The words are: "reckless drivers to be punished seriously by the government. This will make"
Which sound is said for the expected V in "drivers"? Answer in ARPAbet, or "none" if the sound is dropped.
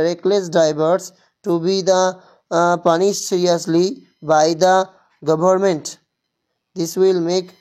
B